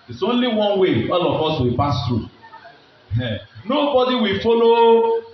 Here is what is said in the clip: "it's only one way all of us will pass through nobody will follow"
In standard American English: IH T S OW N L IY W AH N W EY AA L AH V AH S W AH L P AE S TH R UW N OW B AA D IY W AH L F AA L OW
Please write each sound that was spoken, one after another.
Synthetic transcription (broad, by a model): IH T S OW N L IY W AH N W EY AA L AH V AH S W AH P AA S T R UW N OW B AA D IY W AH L F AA L OW